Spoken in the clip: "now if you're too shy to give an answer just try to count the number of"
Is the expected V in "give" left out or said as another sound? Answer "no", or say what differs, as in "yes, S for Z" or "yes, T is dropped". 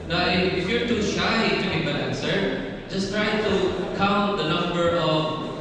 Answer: yes, B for V